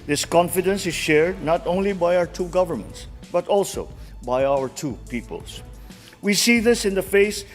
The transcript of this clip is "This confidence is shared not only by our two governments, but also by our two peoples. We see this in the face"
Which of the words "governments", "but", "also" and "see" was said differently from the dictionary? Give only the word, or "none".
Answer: none